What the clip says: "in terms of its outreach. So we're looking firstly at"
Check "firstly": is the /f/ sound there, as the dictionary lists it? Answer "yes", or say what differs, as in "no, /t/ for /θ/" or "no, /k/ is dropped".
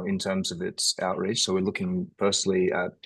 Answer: no, /p/ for /f/